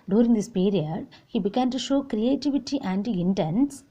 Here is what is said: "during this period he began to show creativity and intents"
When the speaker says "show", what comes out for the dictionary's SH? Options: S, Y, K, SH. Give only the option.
SH